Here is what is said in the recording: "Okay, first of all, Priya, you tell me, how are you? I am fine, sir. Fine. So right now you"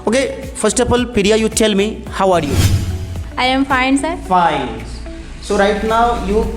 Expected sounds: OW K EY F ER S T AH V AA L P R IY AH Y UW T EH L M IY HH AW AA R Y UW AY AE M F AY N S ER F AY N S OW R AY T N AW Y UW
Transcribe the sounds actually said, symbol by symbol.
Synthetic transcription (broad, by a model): OW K EY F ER S T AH P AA L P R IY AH Y UW T EH L M IY HH AW AA R Y UW AY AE M F AY N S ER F AY N S OW R AY T N AW Y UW